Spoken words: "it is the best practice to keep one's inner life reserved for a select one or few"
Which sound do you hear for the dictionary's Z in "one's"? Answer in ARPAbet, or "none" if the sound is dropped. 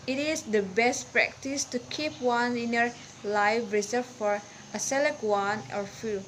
none